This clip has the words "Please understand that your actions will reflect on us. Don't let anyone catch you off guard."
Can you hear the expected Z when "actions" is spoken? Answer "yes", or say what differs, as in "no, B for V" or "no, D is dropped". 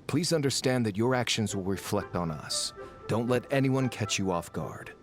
yes